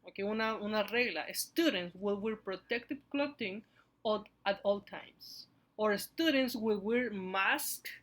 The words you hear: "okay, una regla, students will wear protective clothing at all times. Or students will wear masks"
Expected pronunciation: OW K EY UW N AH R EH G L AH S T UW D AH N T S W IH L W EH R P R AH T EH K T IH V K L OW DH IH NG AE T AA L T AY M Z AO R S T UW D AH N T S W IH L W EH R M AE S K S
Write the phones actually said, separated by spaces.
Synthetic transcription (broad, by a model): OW K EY UW N AH R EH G L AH S T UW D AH N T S W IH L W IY R P R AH T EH K T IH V K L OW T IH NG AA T AA L T AY M S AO R S T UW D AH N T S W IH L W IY R M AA S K